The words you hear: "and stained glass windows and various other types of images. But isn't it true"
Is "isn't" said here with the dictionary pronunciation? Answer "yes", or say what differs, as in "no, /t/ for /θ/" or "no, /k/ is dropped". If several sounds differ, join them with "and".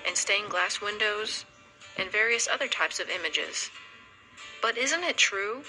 yes